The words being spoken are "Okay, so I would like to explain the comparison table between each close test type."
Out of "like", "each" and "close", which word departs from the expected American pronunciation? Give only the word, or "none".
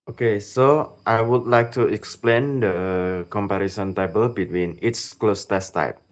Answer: each